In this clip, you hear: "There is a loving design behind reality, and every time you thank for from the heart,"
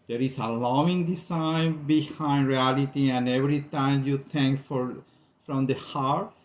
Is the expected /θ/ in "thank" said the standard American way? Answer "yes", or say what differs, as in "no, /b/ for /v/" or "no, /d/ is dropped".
no, /t/ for /θ/